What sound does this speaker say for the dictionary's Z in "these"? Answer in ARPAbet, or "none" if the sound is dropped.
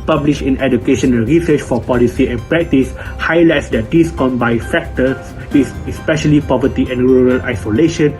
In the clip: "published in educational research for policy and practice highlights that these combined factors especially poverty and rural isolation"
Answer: S